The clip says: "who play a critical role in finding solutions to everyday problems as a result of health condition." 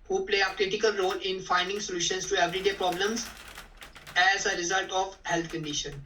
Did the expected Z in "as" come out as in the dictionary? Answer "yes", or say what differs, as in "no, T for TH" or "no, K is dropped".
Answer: yes